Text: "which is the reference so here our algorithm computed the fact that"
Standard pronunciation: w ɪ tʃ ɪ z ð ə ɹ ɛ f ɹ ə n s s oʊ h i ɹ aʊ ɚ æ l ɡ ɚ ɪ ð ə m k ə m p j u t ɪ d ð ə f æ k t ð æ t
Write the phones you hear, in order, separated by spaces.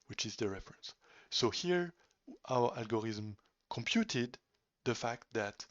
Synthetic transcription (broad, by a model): w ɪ tʃ ɪ z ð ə ɹ ɛ f ɹ ə n s s oʊ h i ɹ aʊ ɚ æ l ɡ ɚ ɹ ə m k ə m p j u t ɪ d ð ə f æ k t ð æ t